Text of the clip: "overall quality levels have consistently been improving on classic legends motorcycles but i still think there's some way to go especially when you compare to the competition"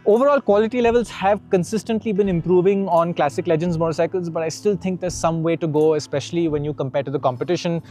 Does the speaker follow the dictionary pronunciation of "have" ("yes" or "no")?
yes